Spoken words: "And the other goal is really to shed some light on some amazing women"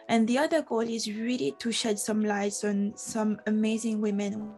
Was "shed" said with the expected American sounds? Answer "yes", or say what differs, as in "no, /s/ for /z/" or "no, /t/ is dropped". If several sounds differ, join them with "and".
yes